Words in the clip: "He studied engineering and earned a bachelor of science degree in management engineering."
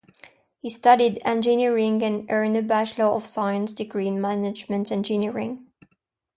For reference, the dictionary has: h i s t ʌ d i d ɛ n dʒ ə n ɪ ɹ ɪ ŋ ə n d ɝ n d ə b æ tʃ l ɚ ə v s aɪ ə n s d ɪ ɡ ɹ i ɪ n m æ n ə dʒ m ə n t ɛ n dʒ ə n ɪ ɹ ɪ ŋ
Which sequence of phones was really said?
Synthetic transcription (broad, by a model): h i s t ʌ d i d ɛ n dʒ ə n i ɹ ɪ ŋ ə n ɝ n ə b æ ʃ l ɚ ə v s aɪ ə n s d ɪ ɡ ɹ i n m æ n ə dʒ m ə n t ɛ n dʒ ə n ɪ ɹ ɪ ŋ